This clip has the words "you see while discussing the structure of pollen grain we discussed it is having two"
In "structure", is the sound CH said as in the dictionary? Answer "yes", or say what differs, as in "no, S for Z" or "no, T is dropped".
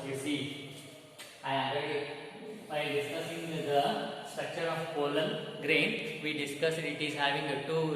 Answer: yes